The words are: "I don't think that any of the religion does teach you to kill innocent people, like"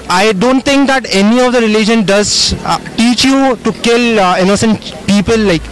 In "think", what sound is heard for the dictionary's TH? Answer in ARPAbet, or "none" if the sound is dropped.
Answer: T